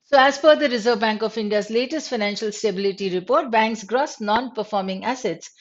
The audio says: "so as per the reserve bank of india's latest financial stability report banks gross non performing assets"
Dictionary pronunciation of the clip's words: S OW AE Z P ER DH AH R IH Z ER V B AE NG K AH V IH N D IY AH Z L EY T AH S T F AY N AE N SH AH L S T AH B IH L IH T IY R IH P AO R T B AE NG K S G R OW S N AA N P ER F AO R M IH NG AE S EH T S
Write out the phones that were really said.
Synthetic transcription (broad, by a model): S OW AE Z F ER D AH R IH Z ER V B AE NG K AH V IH N D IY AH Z L EY T AH S T F AY N AE N SH AH L S T AH B IH L IH T IY R IH P AO R T B AE NG K S G R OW S N AA N P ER F AO R M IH NG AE S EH T S